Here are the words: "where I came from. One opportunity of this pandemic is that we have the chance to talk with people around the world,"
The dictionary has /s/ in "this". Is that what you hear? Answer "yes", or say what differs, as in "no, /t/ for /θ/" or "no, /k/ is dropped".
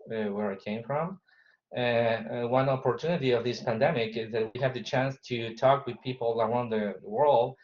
yes